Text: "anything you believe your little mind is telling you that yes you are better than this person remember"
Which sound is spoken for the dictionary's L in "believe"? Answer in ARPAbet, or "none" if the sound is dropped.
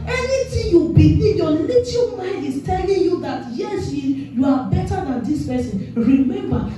none